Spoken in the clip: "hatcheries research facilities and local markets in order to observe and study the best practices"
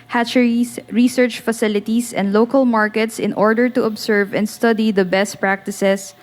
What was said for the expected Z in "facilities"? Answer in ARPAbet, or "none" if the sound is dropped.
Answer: S